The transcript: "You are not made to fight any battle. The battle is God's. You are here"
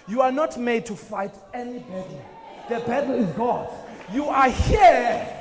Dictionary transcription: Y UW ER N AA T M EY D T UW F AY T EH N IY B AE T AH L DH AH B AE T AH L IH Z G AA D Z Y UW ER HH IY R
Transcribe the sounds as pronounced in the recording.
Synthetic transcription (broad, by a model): Y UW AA N AA T M EY D T UW F AY T EH N IY B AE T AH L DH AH B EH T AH L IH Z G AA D Y UW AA HH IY